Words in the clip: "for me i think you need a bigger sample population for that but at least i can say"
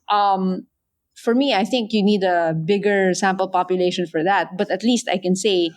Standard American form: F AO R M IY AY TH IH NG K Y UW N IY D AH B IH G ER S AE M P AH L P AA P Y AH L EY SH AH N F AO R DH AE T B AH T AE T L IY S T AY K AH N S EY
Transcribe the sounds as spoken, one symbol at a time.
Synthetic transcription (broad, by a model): F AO R M IY AY TH IH NG K Y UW N IY D AH B IH G ER S AE M P AH L P AA P Y AH L EY SH AH N F AO R DH AE T B AH T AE T L IY S T AY K AH N S EY